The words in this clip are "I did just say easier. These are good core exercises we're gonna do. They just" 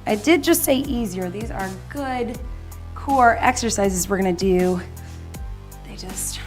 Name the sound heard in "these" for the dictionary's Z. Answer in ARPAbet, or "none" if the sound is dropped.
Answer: Z